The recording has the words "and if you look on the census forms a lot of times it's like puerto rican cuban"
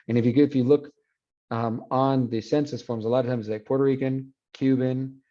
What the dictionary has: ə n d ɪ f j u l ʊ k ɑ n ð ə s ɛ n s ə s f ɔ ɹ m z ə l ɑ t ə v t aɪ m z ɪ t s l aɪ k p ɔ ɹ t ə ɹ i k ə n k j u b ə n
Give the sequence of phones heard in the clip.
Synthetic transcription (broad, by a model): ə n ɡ ɪ f j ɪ l ʊ k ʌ n ð ə s ɛ n s ə s f ɔ ɹ m z ə l ɑ t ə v t aɪ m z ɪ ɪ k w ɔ ɹ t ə ɹ i k ə n k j u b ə n